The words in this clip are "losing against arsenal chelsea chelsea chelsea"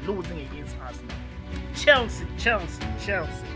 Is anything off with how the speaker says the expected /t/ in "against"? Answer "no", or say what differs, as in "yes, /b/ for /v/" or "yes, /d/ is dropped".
yes, /t/ is dropped